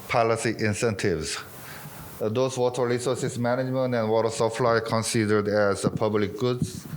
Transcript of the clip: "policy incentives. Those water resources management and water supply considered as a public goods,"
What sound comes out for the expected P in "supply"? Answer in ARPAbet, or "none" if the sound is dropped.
F